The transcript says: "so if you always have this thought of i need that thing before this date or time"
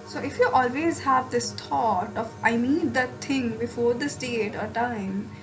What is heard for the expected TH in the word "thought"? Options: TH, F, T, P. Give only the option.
T